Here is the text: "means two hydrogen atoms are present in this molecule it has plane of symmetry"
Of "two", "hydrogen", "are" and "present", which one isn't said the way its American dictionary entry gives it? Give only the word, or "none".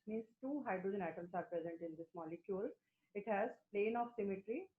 none